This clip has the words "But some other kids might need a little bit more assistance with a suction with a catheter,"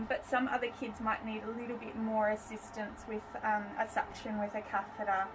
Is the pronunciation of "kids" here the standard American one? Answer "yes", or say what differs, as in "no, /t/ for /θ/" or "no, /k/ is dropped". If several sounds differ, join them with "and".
yes